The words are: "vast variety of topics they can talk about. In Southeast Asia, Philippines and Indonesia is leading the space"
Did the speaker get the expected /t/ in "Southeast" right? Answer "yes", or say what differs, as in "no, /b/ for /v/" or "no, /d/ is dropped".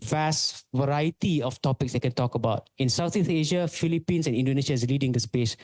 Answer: no, /t/ is dropped